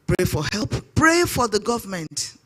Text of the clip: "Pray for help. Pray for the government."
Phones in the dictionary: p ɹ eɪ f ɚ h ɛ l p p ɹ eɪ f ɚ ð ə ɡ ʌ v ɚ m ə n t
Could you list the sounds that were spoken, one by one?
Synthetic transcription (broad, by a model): p ɹ eɪ f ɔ h ɛ l p p ɹ eɪ f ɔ ð ə ɡ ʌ v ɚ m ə n t